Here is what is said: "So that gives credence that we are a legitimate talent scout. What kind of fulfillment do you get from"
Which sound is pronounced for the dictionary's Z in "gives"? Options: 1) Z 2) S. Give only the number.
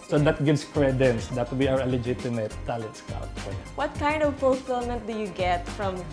2